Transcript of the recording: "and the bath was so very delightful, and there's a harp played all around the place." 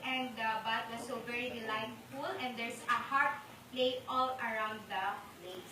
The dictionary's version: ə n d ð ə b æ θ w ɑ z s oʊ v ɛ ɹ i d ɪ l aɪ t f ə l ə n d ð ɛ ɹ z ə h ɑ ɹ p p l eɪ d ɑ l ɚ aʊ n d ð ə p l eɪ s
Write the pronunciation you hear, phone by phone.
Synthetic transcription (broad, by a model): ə n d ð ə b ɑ t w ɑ s oʊ v ɛ ɹ i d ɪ l aɪ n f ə l ə n d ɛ ɹ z ə h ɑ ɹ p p l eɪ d ɑ l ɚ aʊ n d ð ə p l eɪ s